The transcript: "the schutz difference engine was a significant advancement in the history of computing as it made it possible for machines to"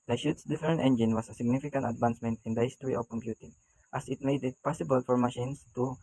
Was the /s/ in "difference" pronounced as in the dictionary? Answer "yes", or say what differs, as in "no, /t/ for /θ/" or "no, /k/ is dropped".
no, /s/ is dropped